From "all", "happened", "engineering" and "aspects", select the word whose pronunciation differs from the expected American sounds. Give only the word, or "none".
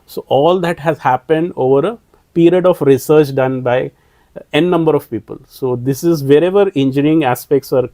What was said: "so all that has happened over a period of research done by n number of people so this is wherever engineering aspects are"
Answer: engineering